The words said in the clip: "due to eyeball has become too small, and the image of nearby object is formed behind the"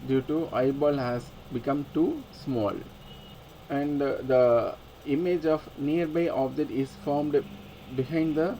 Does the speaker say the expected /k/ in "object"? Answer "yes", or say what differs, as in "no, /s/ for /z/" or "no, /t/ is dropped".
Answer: no, /k/ is dropped